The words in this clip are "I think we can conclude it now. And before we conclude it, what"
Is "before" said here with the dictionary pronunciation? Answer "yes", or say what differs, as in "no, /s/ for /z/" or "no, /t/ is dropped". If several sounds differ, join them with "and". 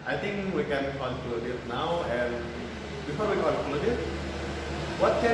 yes